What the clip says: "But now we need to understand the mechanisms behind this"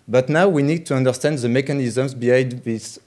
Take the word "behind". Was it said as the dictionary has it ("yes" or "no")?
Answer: no